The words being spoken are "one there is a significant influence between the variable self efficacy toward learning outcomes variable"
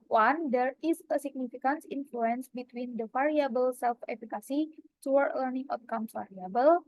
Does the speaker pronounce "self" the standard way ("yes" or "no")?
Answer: yes